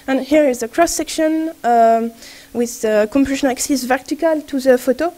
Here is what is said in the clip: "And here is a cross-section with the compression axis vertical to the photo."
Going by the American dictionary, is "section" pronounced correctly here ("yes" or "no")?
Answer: yes